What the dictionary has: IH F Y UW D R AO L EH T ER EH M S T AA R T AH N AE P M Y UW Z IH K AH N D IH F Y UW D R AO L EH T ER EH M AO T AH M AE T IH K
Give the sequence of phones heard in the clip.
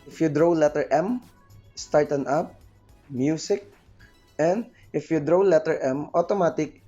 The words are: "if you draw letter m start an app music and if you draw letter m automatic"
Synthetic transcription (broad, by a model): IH F Y UW D R AO L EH T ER EH M S T AA R T AH N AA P M Y UW S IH K AH N D IH F Y UW D R AO L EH T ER EH M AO T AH M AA T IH K